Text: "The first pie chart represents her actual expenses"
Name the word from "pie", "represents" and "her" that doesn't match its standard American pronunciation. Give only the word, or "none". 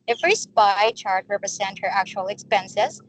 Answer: represents